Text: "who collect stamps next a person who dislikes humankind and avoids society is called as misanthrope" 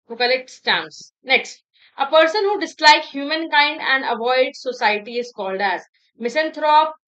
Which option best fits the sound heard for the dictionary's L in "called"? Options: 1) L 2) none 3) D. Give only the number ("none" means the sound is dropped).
1